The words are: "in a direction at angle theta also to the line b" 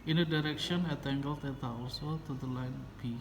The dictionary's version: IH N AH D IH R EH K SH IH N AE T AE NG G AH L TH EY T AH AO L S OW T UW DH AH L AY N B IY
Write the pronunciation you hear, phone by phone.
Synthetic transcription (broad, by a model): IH N AH D IH R EH K SH IH N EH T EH NG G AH L T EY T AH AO S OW T UW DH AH L AY N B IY